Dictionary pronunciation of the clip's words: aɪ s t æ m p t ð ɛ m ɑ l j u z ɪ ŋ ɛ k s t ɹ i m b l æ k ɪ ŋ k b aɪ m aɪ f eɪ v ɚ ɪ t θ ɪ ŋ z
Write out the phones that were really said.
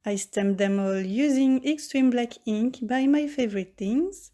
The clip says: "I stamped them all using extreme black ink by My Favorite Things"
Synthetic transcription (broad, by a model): aɪ s t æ m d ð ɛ m ɑ l j u z ɪ ŋ ɛ k s t ɹ i m b l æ k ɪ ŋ k b aɪ m aɪ f eɪ v ɚ ɪ t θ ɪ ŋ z